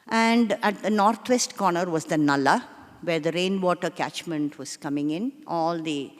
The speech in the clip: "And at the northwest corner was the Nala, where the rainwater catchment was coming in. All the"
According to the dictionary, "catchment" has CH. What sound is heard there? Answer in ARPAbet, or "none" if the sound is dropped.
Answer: CH